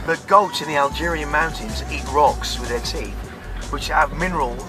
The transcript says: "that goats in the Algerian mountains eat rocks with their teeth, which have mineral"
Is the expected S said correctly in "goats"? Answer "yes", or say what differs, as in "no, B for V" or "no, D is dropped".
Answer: no, S is dropped